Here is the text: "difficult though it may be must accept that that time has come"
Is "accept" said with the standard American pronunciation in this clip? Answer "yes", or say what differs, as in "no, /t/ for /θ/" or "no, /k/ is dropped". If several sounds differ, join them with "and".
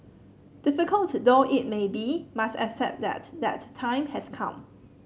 no, /p/ is dropped